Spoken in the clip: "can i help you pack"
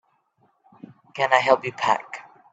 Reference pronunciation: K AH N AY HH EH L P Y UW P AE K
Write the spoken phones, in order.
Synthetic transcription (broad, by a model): K AH N AY HH EH L P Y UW P AE K